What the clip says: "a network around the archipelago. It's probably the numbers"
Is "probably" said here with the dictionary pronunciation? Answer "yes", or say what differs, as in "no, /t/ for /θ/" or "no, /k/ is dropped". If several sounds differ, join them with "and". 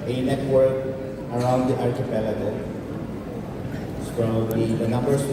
no, /b/ is dropped